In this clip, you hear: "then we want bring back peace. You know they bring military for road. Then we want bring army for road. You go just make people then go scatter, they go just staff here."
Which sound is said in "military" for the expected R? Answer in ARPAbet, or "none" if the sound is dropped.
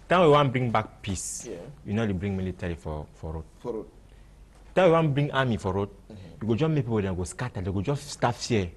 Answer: L